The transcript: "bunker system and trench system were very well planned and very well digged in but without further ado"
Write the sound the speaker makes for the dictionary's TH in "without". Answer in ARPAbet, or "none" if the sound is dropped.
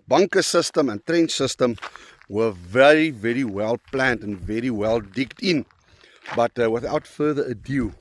TH